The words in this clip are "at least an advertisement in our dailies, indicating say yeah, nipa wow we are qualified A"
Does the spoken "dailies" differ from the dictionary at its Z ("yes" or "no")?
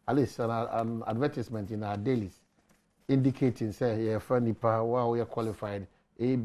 yes